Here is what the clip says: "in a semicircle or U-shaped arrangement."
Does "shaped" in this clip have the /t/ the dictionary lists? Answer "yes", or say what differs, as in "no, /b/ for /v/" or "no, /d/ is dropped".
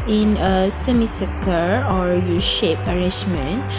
no, /t/ is dropped